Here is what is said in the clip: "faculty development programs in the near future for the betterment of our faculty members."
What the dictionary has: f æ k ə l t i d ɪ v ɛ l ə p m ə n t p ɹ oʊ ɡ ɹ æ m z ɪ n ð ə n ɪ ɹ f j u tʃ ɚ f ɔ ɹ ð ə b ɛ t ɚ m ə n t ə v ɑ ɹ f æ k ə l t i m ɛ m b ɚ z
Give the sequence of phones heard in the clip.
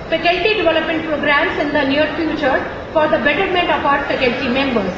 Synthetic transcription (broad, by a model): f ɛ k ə l t i d ɪ v ɛ l ə p m ə n t p ɹ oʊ ɡ ɹ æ m s ɪ n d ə n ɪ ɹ f j u tʃ ɚ f ɔ ɹ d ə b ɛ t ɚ m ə n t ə p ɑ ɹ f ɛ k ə l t i m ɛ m b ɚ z